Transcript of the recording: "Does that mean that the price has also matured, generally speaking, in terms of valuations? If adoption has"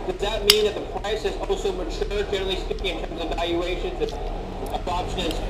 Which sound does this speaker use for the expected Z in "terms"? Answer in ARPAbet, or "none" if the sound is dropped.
Z